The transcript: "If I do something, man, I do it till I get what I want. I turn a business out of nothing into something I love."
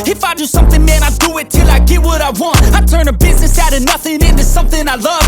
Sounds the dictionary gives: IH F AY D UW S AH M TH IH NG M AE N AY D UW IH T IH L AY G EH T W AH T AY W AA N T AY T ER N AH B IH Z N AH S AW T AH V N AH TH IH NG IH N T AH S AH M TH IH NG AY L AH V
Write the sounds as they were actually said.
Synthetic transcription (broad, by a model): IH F AY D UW S AH M TH IH NG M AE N AY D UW IH T IH L AY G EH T W AH T AY W AA N T AY T ER N AH B IH Z N AH S AW T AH N AH TH IH NG IH N T AH S AH M TH IH NG AY L AH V